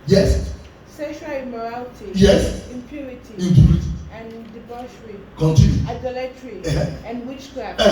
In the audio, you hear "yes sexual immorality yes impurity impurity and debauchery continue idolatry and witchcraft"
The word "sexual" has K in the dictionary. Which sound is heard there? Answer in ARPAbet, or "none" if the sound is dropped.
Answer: none